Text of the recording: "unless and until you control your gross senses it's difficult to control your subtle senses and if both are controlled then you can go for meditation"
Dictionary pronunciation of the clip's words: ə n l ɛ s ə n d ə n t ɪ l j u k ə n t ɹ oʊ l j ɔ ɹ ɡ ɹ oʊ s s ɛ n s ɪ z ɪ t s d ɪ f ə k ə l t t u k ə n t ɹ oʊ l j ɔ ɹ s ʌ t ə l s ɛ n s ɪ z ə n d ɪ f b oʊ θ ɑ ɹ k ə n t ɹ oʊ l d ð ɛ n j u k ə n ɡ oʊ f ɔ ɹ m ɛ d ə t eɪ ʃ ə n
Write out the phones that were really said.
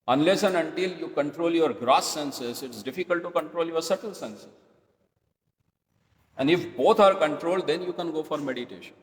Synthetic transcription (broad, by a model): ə n l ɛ s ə n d ə n t ɪ l j u k ə n t ɹ oʊ l j ɔ ɹ ɡ ɹ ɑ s s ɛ n s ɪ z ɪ t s d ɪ f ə k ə l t t u k ə n t ɹ oʊ l j ɔ ɹ s ʌ t ə l s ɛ n s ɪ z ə n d ɪ f b oʊ t ɑ ɹ k ə n t ɹ oʊ l d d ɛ n j u k ə n ɡ oʊ f ɔ ɹ m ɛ d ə t eɪ ʃ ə n